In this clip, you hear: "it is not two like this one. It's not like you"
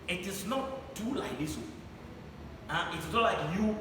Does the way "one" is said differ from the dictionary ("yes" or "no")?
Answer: yes